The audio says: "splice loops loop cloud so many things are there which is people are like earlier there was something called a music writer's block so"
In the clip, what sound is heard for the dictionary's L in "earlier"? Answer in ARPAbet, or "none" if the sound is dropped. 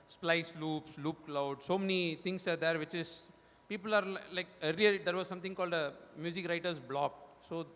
none